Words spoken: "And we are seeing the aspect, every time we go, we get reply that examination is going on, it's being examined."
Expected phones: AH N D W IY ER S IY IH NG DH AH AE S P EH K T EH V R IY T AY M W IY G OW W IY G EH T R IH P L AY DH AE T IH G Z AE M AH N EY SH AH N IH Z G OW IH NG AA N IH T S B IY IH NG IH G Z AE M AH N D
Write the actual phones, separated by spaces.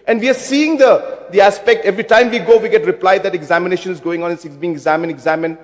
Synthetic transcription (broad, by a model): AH N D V IY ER S IY IH NG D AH AE S P EH K T EH V R IY T AY M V IY G OW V IY G EH T R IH P L AY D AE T IH G Z AE M AH N EY SH AH N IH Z G OW IH NG AA N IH S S B IY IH NG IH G Z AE M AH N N